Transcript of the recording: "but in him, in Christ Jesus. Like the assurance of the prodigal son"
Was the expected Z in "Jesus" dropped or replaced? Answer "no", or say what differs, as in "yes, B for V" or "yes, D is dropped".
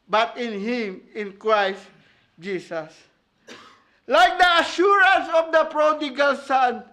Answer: yes, S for Z